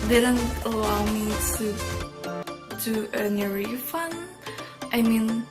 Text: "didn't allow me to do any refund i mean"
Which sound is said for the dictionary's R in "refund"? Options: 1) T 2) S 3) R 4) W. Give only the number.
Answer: 3